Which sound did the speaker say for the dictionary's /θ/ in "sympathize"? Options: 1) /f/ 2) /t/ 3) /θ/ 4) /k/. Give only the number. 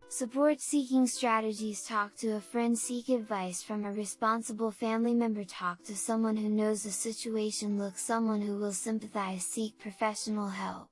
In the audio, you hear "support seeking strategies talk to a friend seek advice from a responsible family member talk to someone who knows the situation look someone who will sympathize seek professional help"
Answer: 3